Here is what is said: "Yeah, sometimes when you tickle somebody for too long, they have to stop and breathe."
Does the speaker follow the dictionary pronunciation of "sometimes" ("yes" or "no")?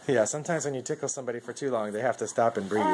yes